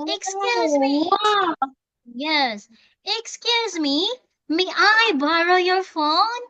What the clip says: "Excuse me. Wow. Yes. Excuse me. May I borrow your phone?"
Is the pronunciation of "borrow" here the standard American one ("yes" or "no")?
yes